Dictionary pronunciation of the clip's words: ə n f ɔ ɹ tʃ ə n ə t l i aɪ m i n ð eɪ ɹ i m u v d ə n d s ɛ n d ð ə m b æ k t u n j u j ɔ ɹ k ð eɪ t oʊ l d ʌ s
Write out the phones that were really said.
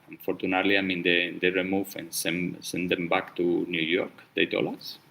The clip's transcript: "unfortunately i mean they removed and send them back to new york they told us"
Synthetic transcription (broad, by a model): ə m f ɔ ɹ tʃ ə n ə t l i aɪ m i n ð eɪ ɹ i m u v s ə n s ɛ n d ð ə m b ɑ k t u n j u j ɔ ɹ k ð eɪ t oʊ l ʌ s